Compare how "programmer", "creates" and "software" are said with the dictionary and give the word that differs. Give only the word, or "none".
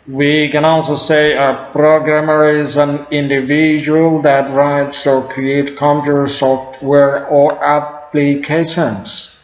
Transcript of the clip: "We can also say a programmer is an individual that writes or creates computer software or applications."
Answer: creates